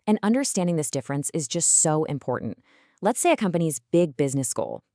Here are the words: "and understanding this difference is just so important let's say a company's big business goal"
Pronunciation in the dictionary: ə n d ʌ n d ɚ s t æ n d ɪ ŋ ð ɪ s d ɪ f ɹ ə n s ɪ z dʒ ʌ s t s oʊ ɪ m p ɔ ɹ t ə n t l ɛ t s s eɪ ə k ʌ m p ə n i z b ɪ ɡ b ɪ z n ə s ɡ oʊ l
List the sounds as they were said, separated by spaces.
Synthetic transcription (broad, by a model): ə n ʌ n d ɚ s t æ n d ɪ ŋ ð ɪ s d ɪ f ɹ ə n s ɪ z dʒ ʌ s t s oʊ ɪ m p ɔ ɹ t n t l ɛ t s s eɪ ə k ʌ m p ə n i z b ɪ ɡ b ɪ z n ə s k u l